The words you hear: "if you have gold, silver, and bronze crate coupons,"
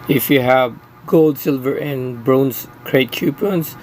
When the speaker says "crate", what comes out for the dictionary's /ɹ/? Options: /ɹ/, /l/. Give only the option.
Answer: /ɹ/